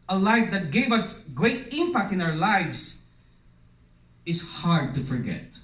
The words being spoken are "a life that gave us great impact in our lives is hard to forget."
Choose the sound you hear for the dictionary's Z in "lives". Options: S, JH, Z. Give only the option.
S